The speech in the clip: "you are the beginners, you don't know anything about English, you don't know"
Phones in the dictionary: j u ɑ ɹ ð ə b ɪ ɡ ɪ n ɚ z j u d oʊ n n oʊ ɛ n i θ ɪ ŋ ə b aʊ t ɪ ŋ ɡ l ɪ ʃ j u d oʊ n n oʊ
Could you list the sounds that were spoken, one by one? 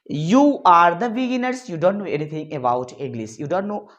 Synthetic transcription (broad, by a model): j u ɑ ɹ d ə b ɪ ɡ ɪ n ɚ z j u d oʊ n n oʊ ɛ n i t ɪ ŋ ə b aʊ t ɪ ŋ ɡ l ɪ s j u d oʊ n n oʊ